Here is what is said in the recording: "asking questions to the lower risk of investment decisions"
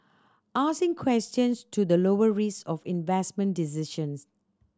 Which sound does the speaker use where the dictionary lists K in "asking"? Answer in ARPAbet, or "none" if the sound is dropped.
none